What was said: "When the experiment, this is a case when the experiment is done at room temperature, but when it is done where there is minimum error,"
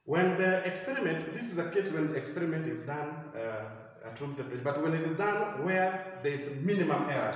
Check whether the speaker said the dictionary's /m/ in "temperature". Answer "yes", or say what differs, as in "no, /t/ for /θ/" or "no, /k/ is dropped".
no, /m/ is dropped